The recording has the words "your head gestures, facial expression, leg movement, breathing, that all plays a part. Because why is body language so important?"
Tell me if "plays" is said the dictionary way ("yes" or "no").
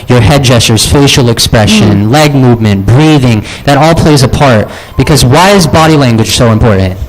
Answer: yes